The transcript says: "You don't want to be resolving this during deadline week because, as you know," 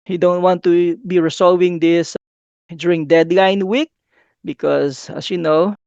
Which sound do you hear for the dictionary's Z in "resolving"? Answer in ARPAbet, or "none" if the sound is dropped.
S